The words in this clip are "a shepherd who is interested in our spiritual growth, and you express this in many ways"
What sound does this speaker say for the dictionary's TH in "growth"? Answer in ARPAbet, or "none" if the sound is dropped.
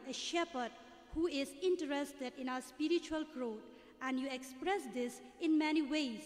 T